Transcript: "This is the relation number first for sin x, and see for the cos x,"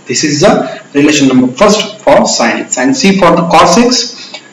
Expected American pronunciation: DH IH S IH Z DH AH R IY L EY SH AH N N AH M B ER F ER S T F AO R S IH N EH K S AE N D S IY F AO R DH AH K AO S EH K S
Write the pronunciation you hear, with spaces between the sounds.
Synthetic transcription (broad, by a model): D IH S IH Z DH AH R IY L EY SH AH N N AH M B ER F ER S T F AO R S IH AH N S AE N D S IY F AO R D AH K AO S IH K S